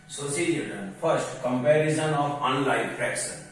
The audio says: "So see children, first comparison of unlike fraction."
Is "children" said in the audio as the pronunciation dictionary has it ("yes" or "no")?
no